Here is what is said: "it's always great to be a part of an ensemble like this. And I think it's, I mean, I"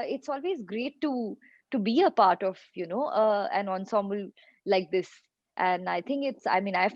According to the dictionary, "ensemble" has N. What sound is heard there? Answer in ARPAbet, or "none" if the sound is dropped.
N